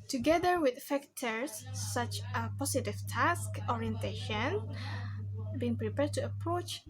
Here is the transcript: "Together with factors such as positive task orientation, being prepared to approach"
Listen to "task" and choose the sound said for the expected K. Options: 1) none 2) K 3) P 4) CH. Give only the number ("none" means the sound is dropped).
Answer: 2